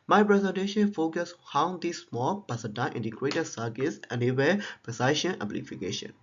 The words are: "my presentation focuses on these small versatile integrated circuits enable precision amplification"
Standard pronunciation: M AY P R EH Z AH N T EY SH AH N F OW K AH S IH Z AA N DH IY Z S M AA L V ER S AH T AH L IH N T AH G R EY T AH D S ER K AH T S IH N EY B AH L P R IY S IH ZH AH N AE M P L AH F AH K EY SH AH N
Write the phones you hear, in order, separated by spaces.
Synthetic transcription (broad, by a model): M AY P R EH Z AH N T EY SH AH N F OW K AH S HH AA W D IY S M AA L P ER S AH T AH N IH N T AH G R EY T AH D S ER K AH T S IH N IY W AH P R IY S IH SH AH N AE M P L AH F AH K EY SH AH N